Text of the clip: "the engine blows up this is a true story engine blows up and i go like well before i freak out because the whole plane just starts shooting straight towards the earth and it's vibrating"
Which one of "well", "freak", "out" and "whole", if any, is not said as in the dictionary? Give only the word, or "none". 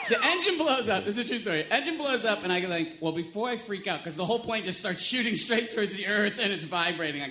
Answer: none